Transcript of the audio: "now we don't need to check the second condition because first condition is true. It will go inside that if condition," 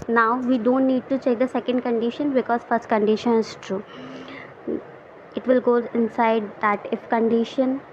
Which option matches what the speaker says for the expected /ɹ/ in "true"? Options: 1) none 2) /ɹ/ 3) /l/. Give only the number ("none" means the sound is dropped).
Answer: 2